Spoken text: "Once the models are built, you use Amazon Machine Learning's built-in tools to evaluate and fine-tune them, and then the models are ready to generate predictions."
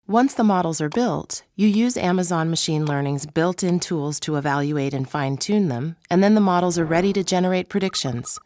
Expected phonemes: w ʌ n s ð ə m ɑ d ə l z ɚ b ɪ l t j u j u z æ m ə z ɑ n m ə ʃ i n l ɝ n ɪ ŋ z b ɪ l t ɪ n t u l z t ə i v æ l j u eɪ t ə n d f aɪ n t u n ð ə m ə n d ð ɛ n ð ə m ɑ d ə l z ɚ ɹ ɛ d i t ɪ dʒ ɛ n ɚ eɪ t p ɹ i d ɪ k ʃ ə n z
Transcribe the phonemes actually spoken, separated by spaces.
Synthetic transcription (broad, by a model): w ʌ n s ð ə m ɑ d l z ɚ b ɪ l t j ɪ j u z æ m ə z ɑ n m ə ʃ i n l ɝ n ɪ ŋ z b ɪ l t ɪ n t u l z t ə i v æ l j u eɪ t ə n f aɪ n t u n ð ə m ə n ð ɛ n ð ə m ɑ d l z ɚ ɹ ɛ d i t ɪ dʒ ɛ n ɚ eɪ t p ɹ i d ɪ k ʃ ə n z